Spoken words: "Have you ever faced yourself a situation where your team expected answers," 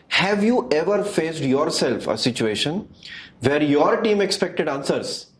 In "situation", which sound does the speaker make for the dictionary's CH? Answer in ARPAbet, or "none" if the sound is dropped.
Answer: CH